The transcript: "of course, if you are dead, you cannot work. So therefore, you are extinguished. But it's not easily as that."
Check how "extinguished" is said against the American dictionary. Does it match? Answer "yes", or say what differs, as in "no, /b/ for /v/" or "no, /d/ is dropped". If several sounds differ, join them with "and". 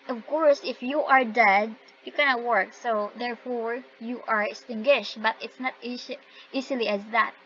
yes